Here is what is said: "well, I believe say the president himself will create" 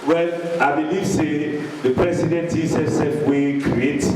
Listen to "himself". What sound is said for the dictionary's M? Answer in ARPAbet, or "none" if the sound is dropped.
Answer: none